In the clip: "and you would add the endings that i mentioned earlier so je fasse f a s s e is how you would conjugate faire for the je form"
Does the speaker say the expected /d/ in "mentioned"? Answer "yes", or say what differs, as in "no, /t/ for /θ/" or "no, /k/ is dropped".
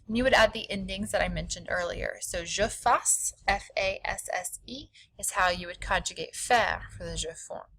yes